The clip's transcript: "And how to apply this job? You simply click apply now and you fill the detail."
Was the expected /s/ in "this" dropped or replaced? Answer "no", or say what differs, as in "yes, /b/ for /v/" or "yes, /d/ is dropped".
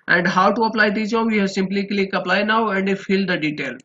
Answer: yes, /s/ is dropped